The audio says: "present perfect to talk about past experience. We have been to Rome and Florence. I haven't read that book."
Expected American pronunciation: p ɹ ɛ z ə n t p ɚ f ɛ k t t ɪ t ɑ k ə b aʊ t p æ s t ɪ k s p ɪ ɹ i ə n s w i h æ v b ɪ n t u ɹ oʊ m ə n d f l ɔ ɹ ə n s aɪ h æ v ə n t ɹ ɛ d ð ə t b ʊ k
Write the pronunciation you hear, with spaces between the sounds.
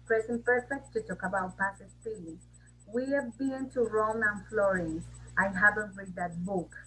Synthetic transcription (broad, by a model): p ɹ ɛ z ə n p ɚ f ɛ k t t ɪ t ɑ k ə b aʊ t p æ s ɪ s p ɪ l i w i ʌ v b ɪ n t u ɹ oʊ m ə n f l ɔ ɹ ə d aɪ h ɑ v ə n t ɹ ɛ d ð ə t b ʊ k